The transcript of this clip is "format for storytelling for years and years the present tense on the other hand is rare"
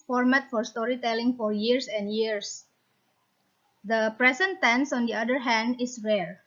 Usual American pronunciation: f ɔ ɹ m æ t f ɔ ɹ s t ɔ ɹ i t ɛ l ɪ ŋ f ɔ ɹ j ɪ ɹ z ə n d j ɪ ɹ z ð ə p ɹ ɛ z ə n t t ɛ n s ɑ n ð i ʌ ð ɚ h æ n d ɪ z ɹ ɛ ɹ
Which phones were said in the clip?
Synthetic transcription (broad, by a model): f ɔ ɹ m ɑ t f ɔ ɹ s t ɔ ɹ i t ɛ l ɪ ŋ f ɔ ɹ j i ɹ s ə n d j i ɹ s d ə p ɹ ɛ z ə n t t ɛ n s ɑ n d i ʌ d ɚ h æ n d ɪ s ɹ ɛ ɹ